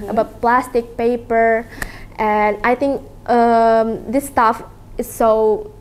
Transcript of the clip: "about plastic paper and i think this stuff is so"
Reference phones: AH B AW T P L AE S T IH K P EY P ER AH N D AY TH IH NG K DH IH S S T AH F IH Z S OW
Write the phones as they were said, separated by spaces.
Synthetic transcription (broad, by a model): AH B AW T P L AE S T IH K P EY P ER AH N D AY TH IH NG K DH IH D S T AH F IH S OW